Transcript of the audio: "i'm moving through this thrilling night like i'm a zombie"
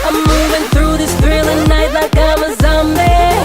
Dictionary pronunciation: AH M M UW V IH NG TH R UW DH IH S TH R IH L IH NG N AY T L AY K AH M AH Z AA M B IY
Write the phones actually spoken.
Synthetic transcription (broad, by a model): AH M M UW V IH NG TH R UW DH IH S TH R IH L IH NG N AY T L AY K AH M AH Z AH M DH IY